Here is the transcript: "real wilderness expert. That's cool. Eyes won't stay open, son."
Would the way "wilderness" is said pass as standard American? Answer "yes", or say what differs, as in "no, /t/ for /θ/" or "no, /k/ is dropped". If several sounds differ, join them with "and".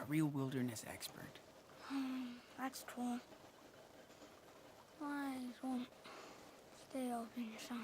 yes